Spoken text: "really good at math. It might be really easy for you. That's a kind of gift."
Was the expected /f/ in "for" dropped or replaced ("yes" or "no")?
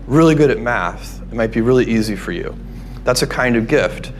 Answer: no